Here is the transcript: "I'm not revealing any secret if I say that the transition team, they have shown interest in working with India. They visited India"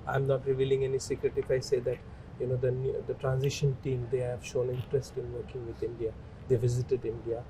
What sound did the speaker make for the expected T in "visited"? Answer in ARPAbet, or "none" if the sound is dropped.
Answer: T